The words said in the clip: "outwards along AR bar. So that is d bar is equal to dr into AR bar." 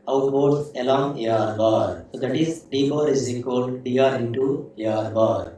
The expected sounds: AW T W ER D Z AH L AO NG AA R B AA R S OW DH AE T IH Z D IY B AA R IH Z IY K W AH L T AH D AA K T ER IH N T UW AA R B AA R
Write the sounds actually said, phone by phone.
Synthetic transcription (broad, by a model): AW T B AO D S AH L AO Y AA R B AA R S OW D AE T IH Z D IY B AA R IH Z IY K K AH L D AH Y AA T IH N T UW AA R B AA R